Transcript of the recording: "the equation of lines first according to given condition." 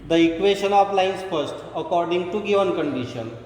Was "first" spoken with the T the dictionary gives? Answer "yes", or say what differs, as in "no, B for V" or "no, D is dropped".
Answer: yes